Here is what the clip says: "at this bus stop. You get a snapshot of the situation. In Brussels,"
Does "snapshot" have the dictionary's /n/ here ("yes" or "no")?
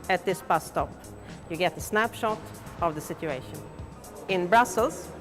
yes